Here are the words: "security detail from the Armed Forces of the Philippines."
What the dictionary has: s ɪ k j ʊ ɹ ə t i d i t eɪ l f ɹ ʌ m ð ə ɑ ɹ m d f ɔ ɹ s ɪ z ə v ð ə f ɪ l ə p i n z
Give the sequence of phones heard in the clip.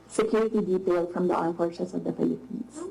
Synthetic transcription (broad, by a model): s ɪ k j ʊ ɹ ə t i d i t eɪ l f ɹ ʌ m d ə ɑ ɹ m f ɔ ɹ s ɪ s ə v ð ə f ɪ l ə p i n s